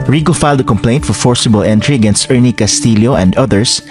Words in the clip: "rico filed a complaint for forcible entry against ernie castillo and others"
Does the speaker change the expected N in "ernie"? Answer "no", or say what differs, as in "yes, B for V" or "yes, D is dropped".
no